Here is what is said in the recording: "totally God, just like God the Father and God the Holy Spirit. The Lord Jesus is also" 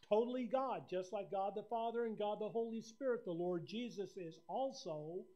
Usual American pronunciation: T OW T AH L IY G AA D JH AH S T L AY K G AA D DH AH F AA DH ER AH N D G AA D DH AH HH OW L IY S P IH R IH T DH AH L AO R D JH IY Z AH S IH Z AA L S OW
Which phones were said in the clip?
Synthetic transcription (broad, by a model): T OW T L IY G AA D JH AH S T L AY K G AA D DH AH F AA DH ER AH N G AA D DH AH HH OW L IY S P IH R IH T DH AH L AO R D JH IY Z AH S IH Z AA L S OW